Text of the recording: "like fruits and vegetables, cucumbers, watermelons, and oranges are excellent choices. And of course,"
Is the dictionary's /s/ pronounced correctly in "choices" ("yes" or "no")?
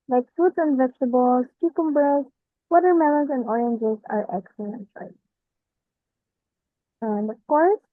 no